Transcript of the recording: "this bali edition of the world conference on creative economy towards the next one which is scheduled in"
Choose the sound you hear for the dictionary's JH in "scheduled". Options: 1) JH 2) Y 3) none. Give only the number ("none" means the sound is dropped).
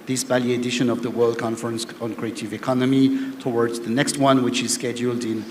1